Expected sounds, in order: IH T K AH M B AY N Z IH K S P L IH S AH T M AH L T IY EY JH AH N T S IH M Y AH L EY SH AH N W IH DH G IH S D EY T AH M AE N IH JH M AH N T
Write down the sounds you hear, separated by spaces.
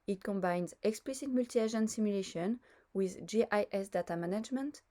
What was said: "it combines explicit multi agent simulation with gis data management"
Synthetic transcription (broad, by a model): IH T K AH M B AY N Z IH K S P L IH S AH T M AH L T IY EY ZH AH N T S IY M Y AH L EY SH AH N W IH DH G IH S D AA T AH M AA N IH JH M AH N T